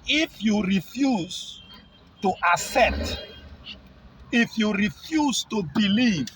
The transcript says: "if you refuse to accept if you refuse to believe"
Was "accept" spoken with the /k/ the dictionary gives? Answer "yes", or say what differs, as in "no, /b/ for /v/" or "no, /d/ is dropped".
no, /k/ is dropped